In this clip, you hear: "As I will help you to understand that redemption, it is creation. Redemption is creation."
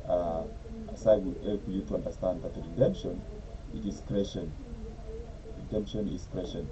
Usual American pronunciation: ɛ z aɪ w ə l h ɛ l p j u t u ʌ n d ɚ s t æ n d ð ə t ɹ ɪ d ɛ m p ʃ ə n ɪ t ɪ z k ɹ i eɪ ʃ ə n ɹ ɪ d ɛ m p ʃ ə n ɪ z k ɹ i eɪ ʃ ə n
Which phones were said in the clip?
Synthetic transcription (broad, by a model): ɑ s aɪ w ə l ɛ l f j u t u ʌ n d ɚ s t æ n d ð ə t ɹ ɪ d ɛ m p ʃ ə n ɪ t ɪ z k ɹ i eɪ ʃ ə n ɹ ɪ d ɛ m p ʃ ə n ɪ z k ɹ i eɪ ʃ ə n